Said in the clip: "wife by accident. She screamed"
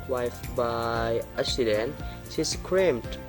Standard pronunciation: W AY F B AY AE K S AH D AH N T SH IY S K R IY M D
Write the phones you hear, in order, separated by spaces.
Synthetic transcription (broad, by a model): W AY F B AY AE S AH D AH N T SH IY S K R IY M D